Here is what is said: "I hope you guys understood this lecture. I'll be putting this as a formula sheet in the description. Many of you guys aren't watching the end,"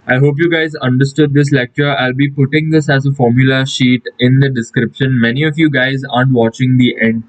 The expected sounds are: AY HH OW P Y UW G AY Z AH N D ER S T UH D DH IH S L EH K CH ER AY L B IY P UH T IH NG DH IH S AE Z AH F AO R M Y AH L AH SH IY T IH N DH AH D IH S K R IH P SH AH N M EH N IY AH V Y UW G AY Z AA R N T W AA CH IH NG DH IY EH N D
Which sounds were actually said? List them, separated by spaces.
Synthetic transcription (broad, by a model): AY HH OW P Y UW G AY Z AH N D ER S T UH D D IH S L EH K CH ER AY L B IY P UH T IH NG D IH S AE Z AH F AO R M Y AH L AH SH IY T IH N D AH D IH S K R IH P SH AH N M EH N IY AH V Y UW G AY Z AA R N T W AA CH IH NG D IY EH N D